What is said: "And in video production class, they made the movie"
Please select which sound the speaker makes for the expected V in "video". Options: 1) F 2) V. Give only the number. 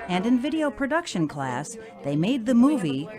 2